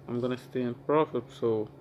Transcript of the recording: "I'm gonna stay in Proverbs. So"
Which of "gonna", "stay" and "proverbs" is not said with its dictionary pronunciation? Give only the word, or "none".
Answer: proverbs